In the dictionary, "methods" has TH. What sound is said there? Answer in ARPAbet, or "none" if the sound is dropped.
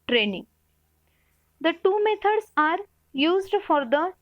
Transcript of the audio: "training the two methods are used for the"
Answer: T